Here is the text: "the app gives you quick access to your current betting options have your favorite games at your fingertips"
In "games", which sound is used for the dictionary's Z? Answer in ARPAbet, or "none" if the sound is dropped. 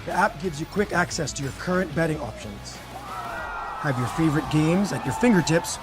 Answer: Z